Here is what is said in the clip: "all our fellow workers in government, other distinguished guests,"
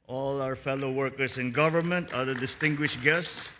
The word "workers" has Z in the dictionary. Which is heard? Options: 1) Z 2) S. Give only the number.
2